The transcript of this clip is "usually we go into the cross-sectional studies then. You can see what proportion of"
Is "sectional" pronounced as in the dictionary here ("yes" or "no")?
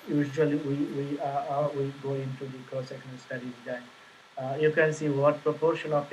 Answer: no